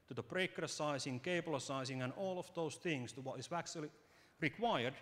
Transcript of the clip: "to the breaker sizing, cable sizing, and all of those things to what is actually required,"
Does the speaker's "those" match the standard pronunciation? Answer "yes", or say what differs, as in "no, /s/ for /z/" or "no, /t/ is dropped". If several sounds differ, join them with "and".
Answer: no, /s/ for /z/